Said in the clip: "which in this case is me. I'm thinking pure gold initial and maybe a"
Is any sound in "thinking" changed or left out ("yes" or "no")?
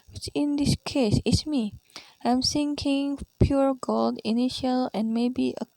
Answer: yes